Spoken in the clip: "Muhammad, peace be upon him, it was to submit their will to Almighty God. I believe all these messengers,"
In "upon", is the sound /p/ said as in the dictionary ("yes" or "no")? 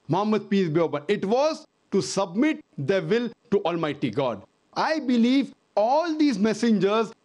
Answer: no